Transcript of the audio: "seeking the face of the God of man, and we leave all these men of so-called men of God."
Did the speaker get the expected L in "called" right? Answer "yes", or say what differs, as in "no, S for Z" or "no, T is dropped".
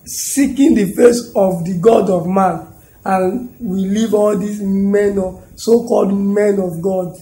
yes